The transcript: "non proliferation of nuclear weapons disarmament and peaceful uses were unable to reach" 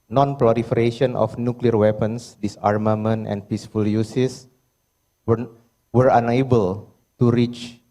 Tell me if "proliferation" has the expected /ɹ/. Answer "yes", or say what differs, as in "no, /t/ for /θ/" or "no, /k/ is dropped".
no, /l/ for /ɹ/